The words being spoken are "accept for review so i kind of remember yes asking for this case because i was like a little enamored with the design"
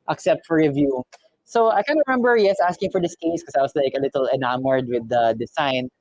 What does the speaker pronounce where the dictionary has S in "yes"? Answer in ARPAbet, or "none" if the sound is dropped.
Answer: S